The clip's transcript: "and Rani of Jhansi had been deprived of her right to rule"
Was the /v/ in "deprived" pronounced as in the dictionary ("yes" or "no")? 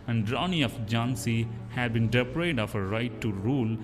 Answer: no